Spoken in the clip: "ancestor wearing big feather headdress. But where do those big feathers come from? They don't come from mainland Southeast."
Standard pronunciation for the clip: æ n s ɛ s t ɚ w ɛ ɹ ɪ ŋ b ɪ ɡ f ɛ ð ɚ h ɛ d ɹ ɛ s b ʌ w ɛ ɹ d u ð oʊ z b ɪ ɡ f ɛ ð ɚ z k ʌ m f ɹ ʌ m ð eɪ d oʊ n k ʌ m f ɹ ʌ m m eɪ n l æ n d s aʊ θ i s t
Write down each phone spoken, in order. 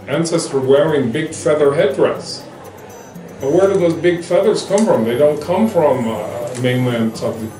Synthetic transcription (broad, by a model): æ n s ɛ s t ɚ w ɛ ɹ ɪ ŋ b ɪ ɡ f ɛ ð ɚ h ɛ d ɹ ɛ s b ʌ w ɛ ɹ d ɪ ð oʊ z b ɪ ɡ f ɛ ð ɚ z k ʌ m f ɹ ʌ m ð eɪ d oʊ n k ʌ m f ɹ ʌ m m eɪ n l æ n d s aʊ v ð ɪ